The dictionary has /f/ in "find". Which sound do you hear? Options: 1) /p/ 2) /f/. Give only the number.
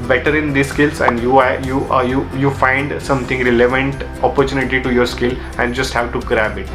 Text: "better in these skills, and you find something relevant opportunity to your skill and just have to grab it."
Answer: 2